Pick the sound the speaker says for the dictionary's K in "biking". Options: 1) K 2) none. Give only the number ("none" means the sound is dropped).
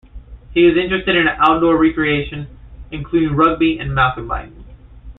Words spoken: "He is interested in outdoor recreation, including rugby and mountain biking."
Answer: 2